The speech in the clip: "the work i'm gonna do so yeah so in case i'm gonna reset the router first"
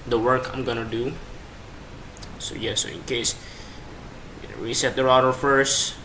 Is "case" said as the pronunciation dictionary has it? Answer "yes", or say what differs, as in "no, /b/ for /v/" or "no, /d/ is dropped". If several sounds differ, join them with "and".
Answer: no, /s/ is dropped